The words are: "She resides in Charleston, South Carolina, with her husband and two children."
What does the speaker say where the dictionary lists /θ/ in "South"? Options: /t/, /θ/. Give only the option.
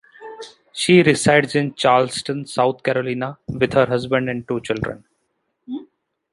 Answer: /t/